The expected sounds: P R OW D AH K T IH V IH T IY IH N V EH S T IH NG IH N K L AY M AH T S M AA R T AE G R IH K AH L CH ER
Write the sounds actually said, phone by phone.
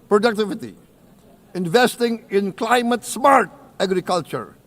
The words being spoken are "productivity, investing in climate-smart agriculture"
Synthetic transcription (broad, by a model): P R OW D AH K T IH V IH T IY IH N V EH S T IH NG IH N K L AY M AH T S M AA R T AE G R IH K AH L CH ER